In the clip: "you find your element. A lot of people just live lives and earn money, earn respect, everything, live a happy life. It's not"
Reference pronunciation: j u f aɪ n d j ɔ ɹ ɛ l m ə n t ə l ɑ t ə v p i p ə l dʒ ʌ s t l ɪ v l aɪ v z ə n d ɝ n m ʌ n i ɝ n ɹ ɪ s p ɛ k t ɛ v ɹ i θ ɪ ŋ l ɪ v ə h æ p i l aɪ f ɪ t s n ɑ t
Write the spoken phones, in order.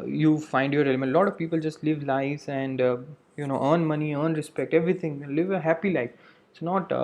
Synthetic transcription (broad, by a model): j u f aɪ n d j ɔ ɹ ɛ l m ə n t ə l ɑ t ə v p i p ə l dʒ ʌ s t l ɪ v l aɪ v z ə n d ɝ n m ʌ n i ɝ n ɹ ɪ s p ɛ k t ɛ v ɹ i t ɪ ŋ l ɪ v ə h æ p i l aɪ f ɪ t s n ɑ t